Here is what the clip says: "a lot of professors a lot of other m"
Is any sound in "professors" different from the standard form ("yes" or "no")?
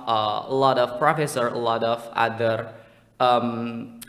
yes